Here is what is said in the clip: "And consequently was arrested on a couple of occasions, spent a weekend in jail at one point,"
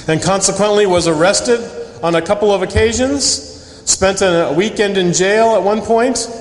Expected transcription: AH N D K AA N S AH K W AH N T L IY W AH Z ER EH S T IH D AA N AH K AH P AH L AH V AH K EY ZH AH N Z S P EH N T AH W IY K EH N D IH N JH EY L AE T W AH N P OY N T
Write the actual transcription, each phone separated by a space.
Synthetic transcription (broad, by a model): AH N K AA N S AH K W AH N T L IY W AH Z ER EH S T IH D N AH K AH P L AH V AH K EY ZH AH N Z S P EH N T AH W IY K EH N D IH N JH EY L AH T W AH N P OY N T